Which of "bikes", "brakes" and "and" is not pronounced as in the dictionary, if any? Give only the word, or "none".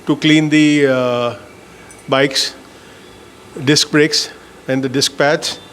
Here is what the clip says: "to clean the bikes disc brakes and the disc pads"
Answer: none